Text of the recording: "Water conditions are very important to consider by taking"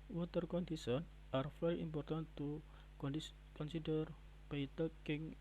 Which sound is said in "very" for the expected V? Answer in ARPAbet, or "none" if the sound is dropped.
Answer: F